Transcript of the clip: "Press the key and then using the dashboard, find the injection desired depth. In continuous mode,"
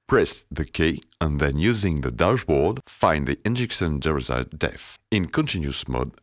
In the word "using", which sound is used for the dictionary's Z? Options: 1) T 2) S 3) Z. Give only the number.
3